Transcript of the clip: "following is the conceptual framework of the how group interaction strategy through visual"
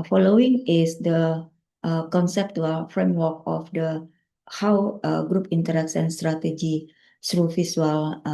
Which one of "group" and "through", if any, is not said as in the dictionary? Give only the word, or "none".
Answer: through